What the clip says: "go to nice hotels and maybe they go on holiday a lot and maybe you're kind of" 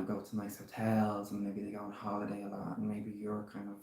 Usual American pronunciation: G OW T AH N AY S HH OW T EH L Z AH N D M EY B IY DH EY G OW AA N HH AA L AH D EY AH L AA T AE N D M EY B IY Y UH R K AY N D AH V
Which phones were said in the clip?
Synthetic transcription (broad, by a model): G OW T AH N AY S HH OW T EH L Z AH N M EY B IY DH EY G OW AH N HH AA L AH D EY AH L AA T N M EY B IY Y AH R K AY N D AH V